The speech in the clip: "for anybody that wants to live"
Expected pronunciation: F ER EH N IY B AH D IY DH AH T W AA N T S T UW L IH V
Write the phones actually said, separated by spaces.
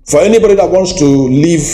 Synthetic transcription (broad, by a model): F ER EH N IY B AH D IY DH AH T W AA N T S T UW L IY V